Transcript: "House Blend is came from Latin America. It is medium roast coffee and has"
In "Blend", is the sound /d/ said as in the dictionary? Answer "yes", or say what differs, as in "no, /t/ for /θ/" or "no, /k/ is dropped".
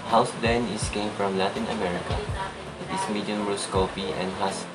no, /d/ is dropped